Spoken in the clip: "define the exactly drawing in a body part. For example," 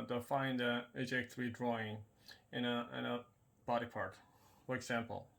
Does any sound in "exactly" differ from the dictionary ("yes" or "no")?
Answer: yes